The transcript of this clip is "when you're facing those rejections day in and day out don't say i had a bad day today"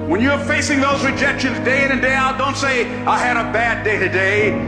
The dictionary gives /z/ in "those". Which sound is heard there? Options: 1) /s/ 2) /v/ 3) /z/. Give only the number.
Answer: 3